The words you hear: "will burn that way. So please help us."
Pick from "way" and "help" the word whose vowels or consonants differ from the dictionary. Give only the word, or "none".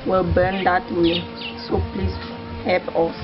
help